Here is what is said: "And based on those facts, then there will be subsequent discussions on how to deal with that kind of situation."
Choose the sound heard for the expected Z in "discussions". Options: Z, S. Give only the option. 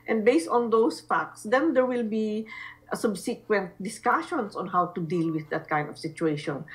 S